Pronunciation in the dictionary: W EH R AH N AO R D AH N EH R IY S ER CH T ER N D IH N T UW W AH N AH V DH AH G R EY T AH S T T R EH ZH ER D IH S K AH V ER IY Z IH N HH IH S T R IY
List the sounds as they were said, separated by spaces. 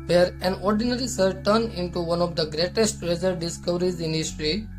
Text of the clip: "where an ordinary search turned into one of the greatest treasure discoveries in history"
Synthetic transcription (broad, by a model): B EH R AH N AO R D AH N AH R IY S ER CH T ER N IH N T UW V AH N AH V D AH G R EY T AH S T T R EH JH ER D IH S K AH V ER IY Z IH N HH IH S T R IY